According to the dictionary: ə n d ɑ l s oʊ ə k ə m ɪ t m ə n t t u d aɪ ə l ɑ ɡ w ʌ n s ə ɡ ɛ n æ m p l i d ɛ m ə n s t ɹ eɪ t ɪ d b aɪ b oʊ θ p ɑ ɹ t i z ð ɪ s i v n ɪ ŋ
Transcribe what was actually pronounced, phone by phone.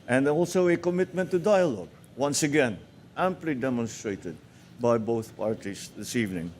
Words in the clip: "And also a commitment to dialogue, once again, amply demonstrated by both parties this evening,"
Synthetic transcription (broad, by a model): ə n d ɑ l s oʊ ə k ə m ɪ t m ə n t t u d aɪ ə l ɑ ɡ w ʌ n s ə ɡ ɛ n æ m p l i d ɛ m ə n s t ɹ eɪ t ɪ d b aɪ b oʊ θ p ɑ ɹ t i s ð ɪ s i v n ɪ ŋ